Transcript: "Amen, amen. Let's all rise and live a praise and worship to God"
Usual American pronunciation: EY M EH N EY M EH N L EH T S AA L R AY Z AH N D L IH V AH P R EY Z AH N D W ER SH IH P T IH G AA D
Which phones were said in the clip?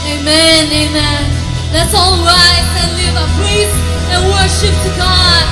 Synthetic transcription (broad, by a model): EY M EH N EY M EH N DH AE T S AA L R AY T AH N L IH V AH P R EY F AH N W ER SH IH P T IH G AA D